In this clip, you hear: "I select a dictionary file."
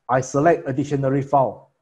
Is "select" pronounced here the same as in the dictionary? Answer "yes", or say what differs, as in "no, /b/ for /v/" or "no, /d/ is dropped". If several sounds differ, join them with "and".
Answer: yes